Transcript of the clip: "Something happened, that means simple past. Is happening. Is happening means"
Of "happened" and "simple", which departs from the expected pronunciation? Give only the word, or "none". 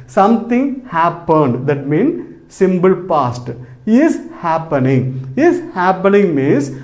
simple